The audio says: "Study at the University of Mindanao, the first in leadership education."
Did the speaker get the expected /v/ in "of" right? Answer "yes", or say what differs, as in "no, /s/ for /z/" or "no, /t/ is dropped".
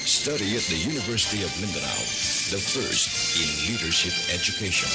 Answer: yes